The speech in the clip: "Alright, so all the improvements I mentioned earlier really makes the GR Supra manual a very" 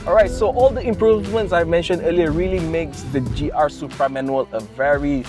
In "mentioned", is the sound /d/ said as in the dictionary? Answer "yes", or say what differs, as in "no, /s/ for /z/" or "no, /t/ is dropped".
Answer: yes